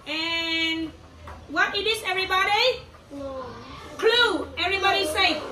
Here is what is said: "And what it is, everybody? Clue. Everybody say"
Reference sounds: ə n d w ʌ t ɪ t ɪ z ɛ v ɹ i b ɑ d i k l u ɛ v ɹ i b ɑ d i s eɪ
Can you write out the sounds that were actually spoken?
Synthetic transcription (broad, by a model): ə n w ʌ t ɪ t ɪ s ɛ v ɹ i b ɑ d i k l u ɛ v ɹ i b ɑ d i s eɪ